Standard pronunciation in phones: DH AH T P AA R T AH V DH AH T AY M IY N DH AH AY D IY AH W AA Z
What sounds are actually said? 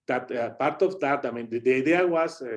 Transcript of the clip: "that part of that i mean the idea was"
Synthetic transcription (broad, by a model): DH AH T P AA R T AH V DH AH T AY M IY N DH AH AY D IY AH W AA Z